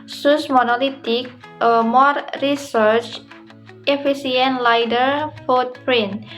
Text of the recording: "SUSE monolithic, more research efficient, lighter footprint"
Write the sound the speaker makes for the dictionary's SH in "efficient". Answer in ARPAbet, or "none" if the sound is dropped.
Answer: S